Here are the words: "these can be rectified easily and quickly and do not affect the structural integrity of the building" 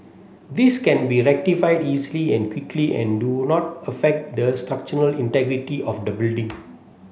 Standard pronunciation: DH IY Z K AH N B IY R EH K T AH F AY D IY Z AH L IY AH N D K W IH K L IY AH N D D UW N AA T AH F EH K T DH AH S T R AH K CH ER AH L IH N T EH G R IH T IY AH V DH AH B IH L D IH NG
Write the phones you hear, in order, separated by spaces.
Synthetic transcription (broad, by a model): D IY S K AH N B IY R EH K T AH F AY D IY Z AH L IY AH N K W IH K L IY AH N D D UW N AA T AH F EH K T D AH S T R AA K CH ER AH L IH N T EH G R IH T IY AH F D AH B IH L D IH NG